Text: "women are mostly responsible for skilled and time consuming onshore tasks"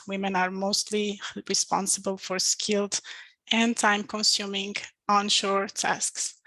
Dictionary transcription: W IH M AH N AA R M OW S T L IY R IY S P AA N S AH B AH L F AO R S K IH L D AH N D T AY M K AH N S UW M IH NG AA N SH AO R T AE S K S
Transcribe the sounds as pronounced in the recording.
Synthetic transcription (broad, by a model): W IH M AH N AA R M OW S T L IY R IY S P AA N S AH B AH L F AO R S K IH L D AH N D T AY M K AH N S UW M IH NG AA N SH AO R T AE S K S